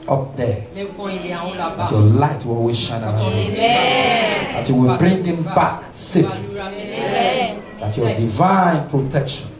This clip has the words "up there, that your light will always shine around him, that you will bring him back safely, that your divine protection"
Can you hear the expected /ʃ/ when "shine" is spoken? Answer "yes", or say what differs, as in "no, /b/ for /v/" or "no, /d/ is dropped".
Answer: yes